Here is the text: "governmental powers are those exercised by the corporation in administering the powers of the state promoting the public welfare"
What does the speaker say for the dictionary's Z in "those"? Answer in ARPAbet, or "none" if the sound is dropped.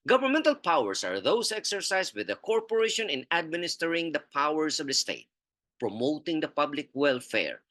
S